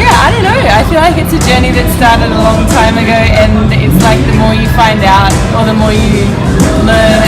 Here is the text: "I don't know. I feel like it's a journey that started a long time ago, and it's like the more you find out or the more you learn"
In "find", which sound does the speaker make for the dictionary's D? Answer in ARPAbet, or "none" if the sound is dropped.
D